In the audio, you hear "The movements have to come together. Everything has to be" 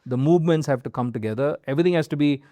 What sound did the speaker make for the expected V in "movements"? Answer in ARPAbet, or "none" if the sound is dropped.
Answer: V